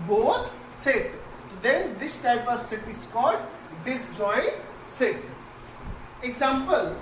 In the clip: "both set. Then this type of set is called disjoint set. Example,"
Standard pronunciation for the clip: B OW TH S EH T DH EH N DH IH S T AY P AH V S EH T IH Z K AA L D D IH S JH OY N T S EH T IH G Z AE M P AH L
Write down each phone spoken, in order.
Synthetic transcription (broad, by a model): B OW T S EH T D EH N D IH S T AY P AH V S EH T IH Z K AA D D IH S JH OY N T S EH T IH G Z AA M P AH L